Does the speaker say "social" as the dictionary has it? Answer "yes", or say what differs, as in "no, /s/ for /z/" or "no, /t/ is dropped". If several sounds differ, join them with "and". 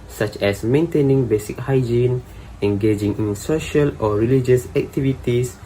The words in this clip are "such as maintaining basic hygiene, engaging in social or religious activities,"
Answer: yes